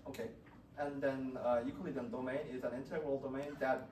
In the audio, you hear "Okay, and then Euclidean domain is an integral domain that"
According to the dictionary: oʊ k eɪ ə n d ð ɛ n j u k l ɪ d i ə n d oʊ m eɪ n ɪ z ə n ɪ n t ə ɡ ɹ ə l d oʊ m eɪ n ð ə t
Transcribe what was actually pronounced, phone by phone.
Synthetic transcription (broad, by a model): oʊ k eɪ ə n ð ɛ n j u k ɪ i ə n d oʊ m eɪ n ɪ z ə n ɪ n t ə ɡ ɹ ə l d oʊ m eɪ n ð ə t